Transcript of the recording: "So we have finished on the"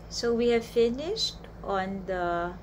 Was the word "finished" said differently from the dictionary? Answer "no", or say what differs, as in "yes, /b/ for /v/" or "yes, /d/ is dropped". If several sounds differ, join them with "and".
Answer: no